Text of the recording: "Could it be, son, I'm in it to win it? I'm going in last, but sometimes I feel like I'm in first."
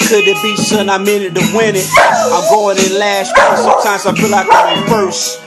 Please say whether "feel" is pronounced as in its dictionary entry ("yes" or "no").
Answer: no